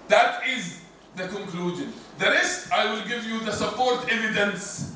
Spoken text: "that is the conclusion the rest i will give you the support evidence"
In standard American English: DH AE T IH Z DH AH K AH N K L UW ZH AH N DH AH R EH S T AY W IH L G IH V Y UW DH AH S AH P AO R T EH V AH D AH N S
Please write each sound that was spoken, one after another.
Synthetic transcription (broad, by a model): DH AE T IH Z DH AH K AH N K L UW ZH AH N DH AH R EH S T AY W IH L G IH V Y UW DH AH S AH P AO R T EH V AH D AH N S